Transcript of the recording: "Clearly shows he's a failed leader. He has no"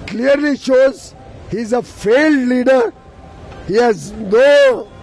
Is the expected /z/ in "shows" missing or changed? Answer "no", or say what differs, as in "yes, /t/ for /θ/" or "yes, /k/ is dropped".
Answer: no